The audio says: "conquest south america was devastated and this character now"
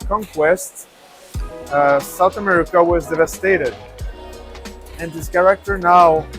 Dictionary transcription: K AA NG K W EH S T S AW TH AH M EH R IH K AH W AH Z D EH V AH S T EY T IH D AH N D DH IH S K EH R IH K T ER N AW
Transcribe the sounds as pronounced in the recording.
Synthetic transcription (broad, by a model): K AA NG K W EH S T S AW TH AH M EH R IH K AH W AH Z D EH V AH S T EY T IH D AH N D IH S K EH R IH K T ER N AW